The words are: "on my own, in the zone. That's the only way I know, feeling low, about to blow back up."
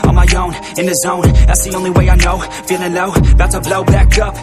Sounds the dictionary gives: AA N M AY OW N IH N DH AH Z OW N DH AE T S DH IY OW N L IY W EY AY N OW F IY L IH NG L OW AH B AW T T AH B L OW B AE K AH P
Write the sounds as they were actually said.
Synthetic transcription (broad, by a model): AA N M AY OW N IH N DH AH Z OW N DH AE T S DH IY OW N L IY W EY AY N OW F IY N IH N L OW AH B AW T T AH B L OW B AE K AH P